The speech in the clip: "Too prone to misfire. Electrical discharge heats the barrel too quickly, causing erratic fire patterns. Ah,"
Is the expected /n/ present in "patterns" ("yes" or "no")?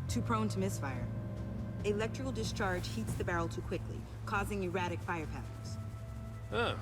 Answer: no